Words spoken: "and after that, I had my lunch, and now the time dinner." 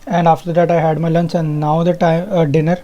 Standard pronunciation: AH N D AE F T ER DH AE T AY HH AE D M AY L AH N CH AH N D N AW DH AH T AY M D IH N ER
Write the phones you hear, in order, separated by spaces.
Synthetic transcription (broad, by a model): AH N D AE F T ER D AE T AY HH AE D M AY L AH N S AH N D N AW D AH T AY M D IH N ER